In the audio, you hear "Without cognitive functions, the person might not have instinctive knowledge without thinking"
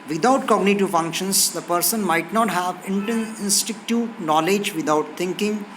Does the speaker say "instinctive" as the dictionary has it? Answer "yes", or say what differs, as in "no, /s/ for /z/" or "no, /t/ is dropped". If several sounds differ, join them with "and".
no, /ŋ/ is dropped